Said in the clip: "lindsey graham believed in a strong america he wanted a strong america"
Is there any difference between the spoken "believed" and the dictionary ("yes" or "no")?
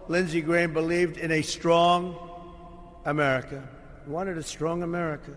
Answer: no